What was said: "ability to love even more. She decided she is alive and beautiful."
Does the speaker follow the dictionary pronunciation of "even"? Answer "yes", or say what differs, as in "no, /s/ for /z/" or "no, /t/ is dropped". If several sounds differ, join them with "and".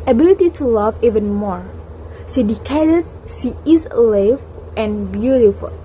yes